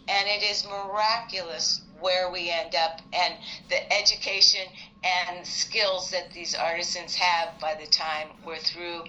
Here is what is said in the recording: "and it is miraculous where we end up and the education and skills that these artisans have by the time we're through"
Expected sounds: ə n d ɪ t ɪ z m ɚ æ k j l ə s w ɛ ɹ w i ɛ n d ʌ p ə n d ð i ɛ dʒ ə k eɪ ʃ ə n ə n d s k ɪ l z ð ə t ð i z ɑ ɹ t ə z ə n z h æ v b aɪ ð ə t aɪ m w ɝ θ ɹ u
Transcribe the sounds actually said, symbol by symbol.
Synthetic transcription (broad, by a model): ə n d ɪ t ɪ z m ɚ æ k j l ə s w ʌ ɹ w i ɛ n d ʌ p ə n ð i ɛ dʒ ə k eɪ ʃ ə n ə n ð s k ɪ l z ð ə t ð i z ɑ ɹ t ə z ə n z h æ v b aɪ ð ə t aɪ m w ɝ θ ɹ u